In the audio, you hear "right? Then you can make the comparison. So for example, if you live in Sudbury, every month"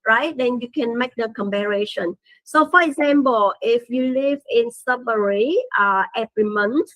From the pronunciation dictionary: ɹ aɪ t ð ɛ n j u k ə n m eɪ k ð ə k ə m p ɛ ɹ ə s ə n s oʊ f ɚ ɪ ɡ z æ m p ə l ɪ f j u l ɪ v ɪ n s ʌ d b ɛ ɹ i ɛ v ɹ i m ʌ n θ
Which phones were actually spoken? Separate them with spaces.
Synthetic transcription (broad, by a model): ɹ aɪ t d ɛ n j u k ə n m eɪ k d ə k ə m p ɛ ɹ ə ʃ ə n s oʊ f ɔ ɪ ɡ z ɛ m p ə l ɪ f j u l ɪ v ɪ n s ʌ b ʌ ɹ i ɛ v ɹ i m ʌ n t